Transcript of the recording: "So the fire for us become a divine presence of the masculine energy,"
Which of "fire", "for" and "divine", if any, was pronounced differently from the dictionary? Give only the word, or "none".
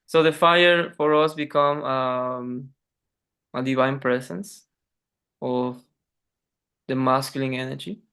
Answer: none